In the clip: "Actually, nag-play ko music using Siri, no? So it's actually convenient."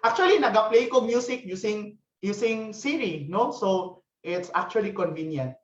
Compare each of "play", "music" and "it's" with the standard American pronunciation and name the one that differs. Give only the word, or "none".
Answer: music